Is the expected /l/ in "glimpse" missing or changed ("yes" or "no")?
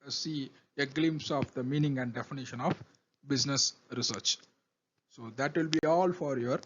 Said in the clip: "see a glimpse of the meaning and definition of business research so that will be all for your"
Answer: no